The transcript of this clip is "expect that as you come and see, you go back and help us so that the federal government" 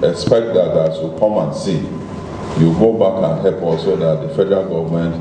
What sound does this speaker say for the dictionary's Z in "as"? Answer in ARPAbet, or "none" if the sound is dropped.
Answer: S